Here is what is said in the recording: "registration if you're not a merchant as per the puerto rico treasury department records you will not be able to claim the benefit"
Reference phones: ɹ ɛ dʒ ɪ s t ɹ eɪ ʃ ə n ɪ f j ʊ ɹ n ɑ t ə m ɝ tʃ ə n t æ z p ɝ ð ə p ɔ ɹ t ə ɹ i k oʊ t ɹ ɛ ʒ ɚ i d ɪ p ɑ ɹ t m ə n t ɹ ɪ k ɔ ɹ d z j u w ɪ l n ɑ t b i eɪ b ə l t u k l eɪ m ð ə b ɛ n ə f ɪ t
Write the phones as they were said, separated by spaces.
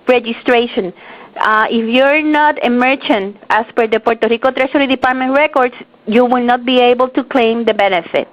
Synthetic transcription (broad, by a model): ɹ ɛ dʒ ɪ s t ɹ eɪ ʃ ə n ɪ f j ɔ ɹ n ɑ t ə m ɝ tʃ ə n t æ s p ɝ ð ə p ɔ ɹ t ə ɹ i k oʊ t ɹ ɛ ʃ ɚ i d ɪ p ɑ ɹ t m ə n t ɹ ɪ k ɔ ɹ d s j u w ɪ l n ɑ t b i eɪ b ə l t u k l eɪ m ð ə b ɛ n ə f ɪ t